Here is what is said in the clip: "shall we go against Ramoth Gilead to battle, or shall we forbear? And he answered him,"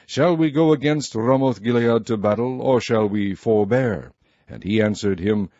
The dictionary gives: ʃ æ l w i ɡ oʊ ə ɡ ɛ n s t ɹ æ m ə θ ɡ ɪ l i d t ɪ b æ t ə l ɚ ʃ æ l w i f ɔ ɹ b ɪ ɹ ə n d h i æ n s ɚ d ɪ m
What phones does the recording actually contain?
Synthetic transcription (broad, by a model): ʃ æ l w i ɡ oʊ ə ɡ ɛ n s t ɹ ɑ m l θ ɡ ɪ l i d t ɪ b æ t l ɚ ʃ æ l w i f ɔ ɹ b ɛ ɹ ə n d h i æ n s ɚ d ɪ m